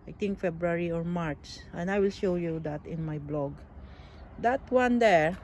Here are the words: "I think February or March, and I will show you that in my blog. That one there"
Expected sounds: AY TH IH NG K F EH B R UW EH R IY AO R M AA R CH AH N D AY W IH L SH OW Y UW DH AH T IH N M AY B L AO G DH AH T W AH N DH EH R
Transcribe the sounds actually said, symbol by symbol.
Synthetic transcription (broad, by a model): AY T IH NG K F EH B R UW R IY AO R M AA R S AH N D AY W IH L SH OW Y UW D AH T IH N M AY B L AO G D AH T W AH N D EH R